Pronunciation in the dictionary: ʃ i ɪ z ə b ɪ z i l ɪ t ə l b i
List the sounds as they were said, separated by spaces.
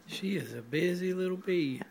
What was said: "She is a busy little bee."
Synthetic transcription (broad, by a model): ʃ i ɪ z ə b ɪ z i l ɪ t l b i